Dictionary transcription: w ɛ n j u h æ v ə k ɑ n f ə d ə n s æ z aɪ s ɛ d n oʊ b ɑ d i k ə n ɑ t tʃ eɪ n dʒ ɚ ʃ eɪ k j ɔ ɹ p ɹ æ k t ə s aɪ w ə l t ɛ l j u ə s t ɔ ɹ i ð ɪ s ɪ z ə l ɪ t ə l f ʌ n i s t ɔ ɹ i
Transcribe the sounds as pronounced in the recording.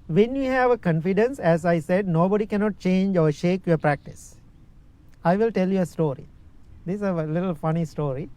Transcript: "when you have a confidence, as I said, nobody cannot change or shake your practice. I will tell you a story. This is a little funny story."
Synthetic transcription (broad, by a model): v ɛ n j u h æ v ə k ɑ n f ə d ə n s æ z aɪ s ɛ d n oʊ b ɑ d i k ə n ɑ t tʃ eɪ n dʒ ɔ ʃ eɪ k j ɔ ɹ p ɹ æ k t ə s aɪ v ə l t ɛ l j u ə s t ɔ ɹ i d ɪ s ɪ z ə l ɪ t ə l f ʌ n i s t ɔ ɹ i